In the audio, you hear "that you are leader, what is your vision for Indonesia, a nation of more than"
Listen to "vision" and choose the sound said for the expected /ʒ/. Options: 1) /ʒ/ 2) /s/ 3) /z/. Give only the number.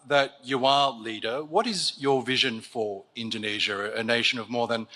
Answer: 1